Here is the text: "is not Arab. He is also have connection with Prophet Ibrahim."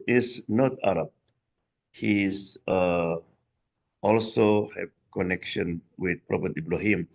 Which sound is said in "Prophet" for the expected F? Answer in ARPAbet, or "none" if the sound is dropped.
P